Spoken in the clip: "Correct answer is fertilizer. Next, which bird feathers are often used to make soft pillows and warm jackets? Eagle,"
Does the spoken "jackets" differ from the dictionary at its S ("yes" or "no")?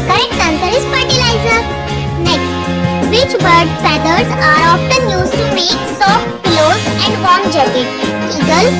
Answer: yes